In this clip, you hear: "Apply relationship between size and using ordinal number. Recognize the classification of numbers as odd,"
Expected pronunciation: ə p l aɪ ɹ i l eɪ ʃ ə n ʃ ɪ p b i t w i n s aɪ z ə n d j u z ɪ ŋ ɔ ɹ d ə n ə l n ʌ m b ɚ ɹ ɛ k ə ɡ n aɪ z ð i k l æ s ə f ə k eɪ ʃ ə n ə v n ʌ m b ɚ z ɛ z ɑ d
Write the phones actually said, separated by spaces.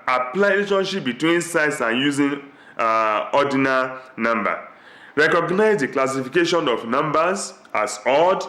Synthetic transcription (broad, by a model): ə p l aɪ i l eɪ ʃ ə n ʃ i p b i t w i n s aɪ s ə n j u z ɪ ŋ ɔ d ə n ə n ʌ m b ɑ ɹ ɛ k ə ɡ n aɪ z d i k l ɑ s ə f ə k eɪ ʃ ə n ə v n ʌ m b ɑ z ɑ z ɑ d